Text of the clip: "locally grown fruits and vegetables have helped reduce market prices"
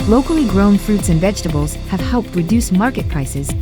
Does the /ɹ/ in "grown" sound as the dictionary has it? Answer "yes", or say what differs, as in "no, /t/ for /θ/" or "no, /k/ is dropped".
yes